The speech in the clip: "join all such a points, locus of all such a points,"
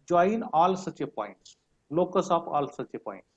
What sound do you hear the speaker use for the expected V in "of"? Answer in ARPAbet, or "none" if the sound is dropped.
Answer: P